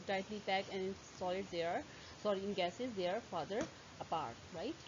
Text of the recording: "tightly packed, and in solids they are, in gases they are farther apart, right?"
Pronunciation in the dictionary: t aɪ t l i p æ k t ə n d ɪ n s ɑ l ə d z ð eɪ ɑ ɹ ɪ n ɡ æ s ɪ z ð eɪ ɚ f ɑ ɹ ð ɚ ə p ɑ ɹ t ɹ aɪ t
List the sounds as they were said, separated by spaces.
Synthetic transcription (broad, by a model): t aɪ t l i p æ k ə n ɪ n s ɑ l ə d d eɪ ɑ ɹ ɪ n ɡ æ s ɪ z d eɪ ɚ f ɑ ɹ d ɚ ə p ɑ ɹ t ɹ aɪ t